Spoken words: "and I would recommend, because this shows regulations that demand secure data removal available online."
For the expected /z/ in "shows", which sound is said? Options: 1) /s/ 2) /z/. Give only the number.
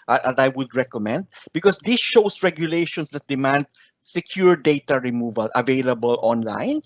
1